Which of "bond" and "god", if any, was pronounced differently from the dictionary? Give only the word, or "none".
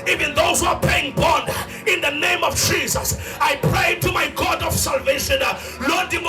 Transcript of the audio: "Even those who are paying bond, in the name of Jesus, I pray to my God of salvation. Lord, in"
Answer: bond